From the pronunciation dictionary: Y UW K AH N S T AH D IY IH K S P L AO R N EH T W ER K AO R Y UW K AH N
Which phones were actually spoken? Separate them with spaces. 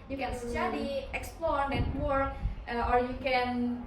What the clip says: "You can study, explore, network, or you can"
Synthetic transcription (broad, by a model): Y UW K AH N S S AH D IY IH K S P L AO R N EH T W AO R AO R Y UW K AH N